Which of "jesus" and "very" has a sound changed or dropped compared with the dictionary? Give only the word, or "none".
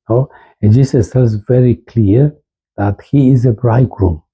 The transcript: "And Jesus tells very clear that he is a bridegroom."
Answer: jesus